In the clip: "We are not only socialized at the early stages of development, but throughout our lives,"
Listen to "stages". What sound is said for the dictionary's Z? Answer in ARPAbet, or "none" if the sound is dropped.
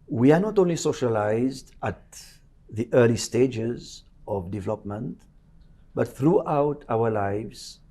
Z